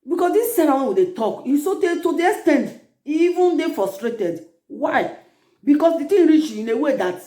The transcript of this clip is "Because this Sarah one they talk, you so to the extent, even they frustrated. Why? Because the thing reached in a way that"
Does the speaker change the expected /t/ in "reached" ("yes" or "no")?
yes